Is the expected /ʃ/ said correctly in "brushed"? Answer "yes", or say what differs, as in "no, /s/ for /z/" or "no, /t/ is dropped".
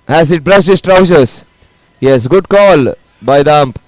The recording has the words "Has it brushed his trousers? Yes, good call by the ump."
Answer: no, /s/ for /ʃ/